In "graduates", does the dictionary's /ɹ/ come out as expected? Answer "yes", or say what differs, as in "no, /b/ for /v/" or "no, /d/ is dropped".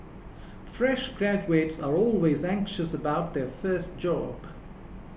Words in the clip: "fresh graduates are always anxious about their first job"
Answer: yes